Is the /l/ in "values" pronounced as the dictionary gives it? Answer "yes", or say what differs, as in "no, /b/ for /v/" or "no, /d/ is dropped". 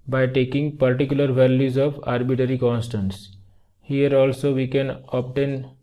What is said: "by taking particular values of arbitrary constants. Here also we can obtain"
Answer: yes